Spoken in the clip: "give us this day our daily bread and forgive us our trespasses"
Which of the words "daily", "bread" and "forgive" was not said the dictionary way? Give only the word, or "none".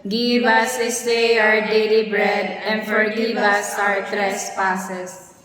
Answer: forgive